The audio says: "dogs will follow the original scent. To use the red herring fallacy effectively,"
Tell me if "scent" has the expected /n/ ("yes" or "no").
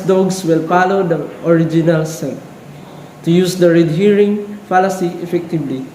no